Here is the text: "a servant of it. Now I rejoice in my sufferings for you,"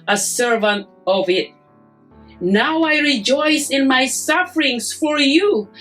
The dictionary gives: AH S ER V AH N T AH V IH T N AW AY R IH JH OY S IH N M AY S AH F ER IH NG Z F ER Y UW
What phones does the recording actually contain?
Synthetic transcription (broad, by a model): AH S ER V AH N T AH V IH T N AW AY R IH JH OY S IH N M AY S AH F ER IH NG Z F ER Y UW